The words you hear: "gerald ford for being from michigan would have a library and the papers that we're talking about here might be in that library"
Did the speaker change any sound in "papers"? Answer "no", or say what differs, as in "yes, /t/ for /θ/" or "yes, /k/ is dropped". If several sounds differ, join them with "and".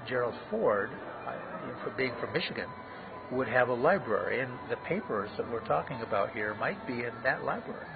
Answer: no